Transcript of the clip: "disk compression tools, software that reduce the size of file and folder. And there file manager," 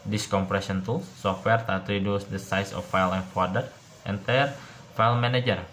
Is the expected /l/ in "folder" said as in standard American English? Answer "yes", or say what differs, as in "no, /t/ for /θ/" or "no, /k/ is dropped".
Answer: no, /l/ is dropped